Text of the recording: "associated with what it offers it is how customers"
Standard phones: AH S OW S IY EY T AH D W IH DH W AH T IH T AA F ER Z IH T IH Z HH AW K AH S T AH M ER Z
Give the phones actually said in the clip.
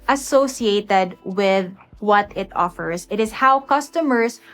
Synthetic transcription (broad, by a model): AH S OW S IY EY T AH D W IH DH W AH T IH T AA F ER S IH T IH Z HH AW K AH S T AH M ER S